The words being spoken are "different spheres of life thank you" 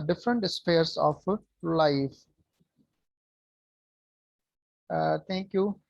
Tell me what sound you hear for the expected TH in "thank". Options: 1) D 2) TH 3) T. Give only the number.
3